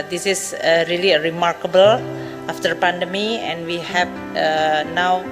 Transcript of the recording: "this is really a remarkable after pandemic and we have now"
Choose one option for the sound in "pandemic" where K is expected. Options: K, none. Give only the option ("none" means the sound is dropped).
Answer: none